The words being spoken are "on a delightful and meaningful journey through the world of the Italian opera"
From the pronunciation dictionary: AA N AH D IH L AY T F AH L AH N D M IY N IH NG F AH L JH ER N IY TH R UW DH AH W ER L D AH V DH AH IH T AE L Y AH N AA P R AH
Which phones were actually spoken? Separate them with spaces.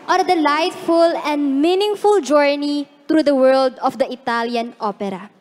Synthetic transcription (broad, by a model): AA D D IH L AY T F AH L AH N D M IY N IH NG F AH L JH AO N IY T R UW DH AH W ER L D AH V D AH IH T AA L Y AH N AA P R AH